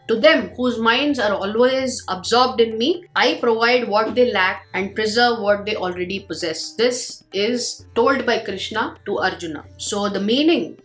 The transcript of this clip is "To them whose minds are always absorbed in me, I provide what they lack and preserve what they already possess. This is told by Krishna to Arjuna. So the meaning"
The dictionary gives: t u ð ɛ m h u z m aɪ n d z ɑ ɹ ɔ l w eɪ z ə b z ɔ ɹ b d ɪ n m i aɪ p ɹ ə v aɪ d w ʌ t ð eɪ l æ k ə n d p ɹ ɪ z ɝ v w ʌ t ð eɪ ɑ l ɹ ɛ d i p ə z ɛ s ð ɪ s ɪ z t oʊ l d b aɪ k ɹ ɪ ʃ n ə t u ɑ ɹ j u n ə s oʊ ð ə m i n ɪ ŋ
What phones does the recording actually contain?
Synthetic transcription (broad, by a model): t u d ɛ m h u z m aɪ n d z ɑ ɹ ɔ l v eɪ z ə b z ɔ ɹ b d ɪ n m i aɪ p ɹ ə v aɪ d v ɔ t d eɪ l æ k ə n d p ɹ ɪ z ɝ v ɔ t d eɪ ɑ l ɹ ɛ d i p ə z ɛ s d ɪ s ɪ z t oʊ l d b aɪ k ɹ ɪ ʃ n ə t u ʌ ɹ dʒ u n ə s oʊ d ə m i n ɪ ŋ